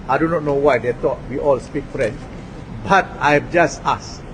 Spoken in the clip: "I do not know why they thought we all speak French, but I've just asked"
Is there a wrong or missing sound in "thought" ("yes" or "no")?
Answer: yes